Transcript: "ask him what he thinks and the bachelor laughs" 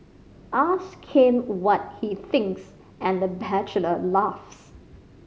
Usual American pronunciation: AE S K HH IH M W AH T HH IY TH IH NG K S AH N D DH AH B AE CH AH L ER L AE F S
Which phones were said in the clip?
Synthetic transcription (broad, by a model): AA S K HH IH M W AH T HH IY TH IH NG K S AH N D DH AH B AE CH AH L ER L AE F S